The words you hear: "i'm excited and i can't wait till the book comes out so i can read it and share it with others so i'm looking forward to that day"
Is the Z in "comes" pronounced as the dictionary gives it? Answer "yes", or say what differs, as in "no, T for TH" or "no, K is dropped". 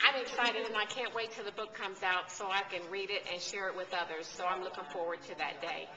yes